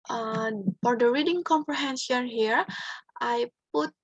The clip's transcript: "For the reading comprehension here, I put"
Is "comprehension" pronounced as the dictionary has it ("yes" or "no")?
no